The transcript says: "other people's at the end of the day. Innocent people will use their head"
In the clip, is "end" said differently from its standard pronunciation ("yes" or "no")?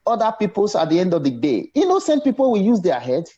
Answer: no